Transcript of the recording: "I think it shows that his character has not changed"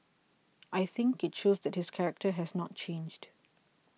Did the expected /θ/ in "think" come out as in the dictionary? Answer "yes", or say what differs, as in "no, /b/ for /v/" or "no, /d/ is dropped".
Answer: yes